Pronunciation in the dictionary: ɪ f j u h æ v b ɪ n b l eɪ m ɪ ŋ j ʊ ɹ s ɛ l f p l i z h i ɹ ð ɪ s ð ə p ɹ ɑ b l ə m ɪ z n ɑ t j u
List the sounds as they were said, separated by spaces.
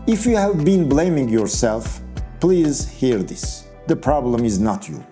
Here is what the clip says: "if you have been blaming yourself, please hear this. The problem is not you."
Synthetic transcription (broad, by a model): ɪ f j u h æ v b ɪ n b l eɪ m ɪ ŋ j ʊ ɹ s ɛ l f p l i z h i ɹ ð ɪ s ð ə p ɹ ɑ b l ə m ɪ z n ɑ t j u